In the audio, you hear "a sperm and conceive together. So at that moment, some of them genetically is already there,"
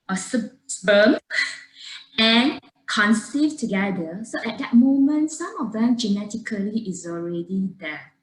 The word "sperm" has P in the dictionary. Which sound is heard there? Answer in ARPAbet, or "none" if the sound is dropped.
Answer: B